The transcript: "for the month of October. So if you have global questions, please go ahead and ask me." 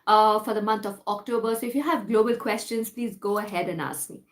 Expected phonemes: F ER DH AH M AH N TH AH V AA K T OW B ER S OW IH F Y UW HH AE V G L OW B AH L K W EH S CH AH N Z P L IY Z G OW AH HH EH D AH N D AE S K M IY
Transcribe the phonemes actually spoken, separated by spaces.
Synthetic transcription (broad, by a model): F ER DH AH M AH N T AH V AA K T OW B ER S OW IH F Y UW HH AE V G L OW B AH L K W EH S CH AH N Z P L IY Z G OW AH HH EH D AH N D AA S K M IY